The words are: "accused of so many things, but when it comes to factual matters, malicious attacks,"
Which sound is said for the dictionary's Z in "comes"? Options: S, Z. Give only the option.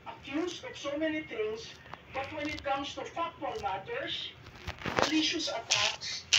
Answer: S